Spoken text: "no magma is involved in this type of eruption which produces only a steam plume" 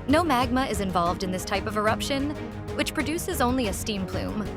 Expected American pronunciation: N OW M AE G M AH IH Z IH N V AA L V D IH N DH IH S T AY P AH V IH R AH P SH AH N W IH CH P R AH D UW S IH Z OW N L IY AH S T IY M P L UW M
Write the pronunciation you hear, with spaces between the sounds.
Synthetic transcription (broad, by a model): N OW M AE G M AH IH Z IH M V AA L V D IH N DH IH S T AY P AH V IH R AH P SH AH N W IH CH P R AH D UW S IH Z OW N L IY AH S T IY M P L UW M